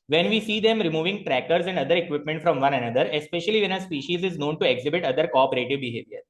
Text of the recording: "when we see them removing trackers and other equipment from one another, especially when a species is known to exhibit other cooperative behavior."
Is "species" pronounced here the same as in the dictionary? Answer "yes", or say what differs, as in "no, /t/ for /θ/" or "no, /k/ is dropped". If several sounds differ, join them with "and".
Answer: yes